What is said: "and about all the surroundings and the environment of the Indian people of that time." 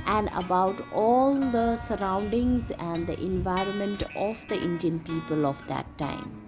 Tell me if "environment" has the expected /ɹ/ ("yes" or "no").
yes